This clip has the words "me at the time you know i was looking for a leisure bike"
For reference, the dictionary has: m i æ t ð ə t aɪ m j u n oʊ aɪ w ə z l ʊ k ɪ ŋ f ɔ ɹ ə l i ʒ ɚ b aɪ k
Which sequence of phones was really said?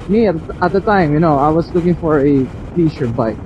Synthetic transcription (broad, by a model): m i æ t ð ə t aɪ m j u n oʊ aɪ w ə s l ʊ k ɪ ŋ f ɔ ɹ ə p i ʃ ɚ b aɪ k